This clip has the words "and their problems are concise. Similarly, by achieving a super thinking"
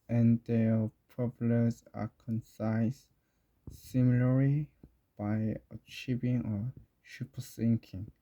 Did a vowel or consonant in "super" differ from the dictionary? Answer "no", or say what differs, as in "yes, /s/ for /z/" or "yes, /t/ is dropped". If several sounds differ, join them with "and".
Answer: yes, /ʃ/ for /s/